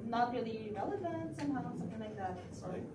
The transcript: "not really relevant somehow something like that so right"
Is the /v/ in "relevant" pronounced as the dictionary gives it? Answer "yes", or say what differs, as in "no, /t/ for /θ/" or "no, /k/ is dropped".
yes